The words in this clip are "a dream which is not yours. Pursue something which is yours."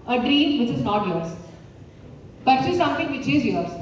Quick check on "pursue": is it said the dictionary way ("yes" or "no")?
no